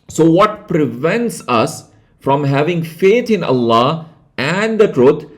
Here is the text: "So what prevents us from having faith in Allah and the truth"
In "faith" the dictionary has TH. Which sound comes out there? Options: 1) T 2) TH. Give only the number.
1